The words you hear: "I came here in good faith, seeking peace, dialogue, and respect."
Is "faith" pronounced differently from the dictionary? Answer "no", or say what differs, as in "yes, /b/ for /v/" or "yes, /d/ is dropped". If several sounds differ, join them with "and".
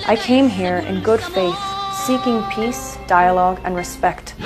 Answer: no